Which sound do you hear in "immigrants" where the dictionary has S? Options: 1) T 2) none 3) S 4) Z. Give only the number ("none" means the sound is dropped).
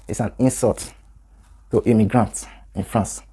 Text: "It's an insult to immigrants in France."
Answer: 2